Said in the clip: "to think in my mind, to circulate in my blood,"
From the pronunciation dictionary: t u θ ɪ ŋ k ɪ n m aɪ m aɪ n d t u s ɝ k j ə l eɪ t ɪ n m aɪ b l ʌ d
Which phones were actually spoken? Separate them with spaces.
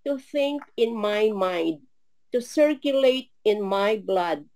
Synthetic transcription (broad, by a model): t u θ ɪ ŋ k ɪ n m aɪ m aɪ n d t u s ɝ k j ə l eɪ t ɪ n m aɪ b l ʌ d